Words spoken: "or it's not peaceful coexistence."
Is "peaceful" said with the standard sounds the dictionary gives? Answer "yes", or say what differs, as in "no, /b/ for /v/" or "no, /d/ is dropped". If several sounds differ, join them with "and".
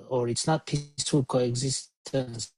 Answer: no, /f/ is dropped